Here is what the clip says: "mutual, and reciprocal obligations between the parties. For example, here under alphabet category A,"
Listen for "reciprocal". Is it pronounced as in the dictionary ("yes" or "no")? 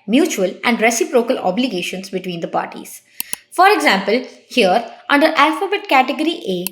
yes